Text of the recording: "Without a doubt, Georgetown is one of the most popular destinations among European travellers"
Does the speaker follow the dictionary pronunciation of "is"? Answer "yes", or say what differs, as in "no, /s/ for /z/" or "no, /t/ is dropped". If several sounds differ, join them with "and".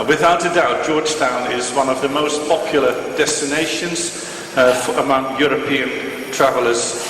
yes